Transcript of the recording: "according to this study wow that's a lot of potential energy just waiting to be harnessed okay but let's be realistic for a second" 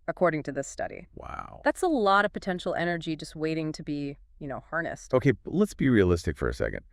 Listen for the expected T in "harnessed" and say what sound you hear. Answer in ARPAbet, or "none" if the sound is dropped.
T